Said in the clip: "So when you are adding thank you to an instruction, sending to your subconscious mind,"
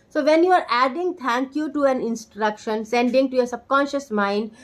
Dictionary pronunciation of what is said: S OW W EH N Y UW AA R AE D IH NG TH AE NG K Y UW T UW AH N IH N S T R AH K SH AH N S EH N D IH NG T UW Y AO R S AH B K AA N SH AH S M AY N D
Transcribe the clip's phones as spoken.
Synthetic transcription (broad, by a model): S OW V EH N Y UW AA R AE D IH NG T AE NG K Y UW T UW AH N IH N S T R AH K SH AH N S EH N D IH NG T UW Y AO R S AH B K AA N SH AH S M AY N D